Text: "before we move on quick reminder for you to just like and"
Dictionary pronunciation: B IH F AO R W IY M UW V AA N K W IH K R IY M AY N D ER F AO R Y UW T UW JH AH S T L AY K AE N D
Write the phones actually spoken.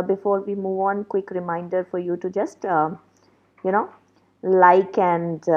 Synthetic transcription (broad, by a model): B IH F AO R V IY M UW V AA N K W IH K R IY M AY N D ER F AO R Y UW T UW JH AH S T L AY K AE N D